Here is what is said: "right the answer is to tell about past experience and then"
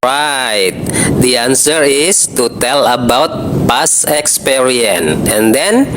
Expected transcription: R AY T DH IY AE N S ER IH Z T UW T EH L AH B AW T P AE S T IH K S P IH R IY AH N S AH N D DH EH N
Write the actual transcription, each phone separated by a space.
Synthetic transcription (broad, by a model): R AY T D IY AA N S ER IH S T UW T EH L AH B AW T P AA S IH K S P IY R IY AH N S AH N D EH N